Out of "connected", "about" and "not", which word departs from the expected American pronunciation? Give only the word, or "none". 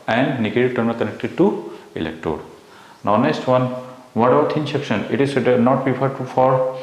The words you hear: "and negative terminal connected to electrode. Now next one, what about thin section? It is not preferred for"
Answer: about